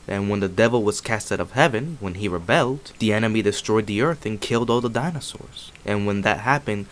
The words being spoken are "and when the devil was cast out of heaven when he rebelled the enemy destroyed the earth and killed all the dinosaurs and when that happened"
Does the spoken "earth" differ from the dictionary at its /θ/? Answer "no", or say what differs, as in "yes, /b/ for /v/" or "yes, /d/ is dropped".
no